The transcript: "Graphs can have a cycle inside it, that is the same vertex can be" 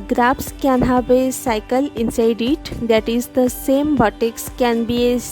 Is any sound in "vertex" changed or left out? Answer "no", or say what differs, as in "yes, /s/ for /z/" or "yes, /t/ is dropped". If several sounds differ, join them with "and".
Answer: yes, /b/ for /v/